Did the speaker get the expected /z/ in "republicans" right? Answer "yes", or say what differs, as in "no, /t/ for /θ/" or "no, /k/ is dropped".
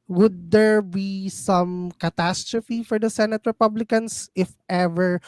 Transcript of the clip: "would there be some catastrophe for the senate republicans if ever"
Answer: no, /s/ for /z/